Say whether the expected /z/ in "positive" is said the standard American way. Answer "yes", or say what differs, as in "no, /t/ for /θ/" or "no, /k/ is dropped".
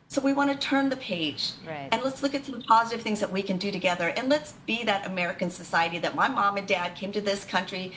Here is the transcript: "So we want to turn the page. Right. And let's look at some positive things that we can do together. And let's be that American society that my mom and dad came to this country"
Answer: yes